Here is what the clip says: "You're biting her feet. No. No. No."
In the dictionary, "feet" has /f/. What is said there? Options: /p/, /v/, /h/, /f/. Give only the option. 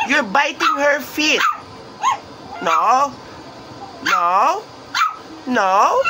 /f/